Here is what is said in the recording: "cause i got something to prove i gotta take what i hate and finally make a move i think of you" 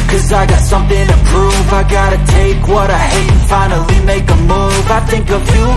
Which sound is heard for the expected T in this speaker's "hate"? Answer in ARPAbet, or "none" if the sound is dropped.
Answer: none